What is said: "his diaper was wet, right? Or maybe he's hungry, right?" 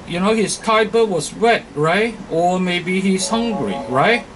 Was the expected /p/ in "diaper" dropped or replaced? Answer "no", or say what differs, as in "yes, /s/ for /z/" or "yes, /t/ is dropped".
yes, /b/ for /p/